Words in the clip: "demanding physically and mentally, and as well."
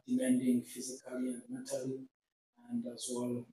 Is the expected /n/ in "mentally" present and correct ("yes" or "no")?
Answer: no